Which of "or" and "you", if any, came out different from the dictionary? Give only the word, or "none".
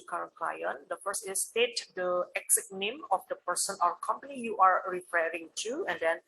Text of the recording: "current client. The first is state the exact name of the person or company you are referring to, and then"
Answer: or